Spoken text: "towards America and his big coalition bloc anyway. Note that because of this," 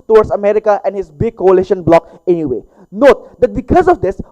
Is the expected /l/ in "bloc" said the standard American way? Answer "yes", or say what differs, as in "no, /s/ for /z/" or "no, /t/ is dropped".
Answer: yes